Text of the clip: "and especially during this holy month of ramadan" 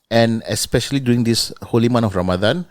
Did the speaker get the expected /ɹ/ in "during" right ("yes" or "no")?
no